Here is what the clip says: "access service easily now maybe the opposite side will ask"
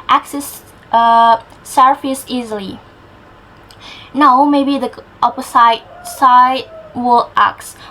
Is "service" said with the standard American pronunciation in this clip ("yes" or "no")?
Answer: no